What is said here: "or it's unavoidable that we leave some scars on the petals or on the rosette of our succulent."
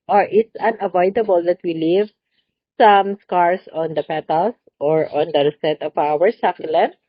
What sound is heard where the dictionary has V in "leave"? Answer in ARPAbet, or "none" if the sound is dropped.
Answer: V